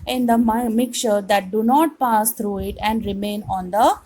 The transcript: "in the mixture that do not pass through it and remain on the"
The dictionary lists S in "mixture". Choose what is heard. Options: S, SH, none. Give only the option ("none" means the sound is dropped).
none